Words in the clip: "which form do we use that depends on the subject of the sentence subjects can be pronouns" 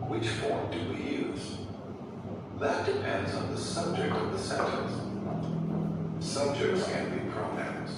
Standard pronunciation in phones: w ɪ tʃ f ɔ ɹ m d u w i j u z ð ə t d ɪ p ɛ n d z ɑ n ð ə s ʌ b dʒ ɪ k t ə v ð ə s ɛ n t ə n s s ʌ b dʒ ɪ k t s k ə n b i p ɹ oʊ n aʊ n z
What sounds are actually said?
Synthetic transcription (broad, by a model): w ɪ tʃ f ɔ ɹ m d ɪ w i j u z ð ə t d ɪ p ɛ n d z n ð ə s ʌ b dʒ ɪ k t ə v ð ə s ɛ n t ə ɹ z s ʌ b dʒ ɪ k t s k ə n b i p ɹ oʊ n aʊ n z